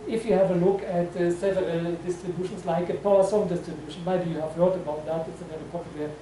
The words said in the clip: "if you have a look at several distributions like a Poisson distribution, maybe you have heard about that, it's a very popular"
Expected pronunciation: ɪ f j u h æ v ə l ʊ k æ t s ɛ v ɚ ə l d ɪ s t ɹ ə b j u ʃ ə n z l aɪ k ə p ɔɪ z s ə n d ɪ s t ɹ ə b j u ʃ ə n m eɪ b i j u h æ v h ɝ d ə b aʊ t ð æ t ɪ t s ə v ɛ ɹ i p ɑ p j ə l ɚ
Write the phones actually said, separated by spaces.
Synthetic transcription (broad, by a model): ɪ f j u h æ v ə l ʊ k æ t s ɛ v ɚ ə d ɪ s t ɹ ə b j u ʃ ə n s l aɪ k ə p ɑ s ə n d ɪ s t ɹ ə b j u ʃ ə n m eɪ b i j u h æ v h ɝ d ə b aʊ t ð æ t ɪ t s ə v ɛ l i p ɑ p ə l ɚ